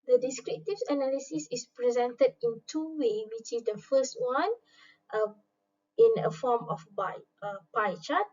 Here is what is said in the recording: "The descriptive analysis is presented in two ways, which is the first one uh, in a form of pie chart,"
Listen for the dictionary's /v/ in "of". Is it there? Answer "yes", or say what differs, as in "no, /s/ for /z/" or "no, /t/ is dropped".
no, /b/ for /v/